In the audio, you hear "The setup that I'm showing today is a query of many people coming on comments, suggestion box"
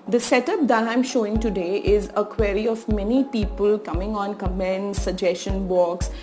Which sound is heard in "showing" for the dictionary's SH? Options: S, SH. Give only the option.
SH